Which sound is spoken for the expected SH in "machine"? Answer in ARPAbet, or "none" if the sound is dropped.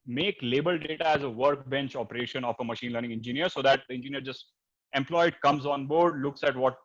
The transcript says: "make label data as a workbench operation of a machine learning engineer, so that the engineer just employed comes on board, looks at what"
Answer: SH